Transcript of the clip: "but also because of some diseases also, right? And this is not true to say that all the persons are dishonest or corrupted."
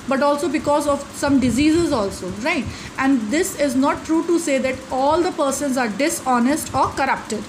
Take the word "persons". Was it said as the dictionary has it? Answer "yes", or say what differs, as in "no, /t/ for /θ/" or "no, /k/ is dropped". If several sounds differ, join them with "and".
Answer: yes